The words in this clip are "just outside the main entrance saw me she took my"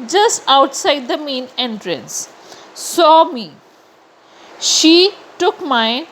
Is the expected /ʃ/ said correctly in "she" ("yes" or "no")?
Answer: yes